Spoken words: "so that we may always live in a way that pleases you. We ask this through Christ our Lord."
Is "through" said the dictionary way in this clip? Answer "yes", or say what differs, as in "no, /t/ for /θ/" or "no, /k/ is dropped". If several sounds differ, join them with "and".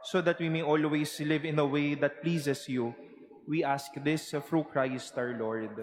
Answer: no, /f/ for /θ/